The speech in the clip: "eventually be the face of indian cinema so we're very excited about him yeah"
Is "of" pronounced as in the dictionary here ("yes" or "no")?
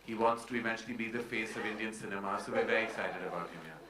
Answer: yes